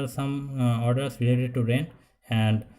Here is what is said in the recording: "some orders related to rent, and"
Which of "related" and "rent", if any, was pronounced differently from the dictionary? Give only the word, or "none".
rent